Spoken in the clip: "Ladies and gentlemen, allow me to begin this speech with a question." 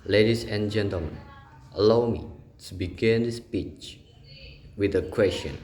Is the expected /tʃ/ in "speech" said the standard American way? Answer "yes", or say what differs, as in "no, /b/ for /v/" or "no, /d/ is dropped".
yes